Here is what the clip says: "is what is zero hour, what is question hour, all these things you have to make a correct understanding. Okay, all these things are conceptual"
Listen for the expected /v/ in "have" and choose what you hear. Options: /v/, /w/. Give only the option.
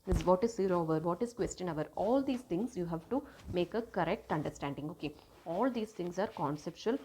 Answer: /v/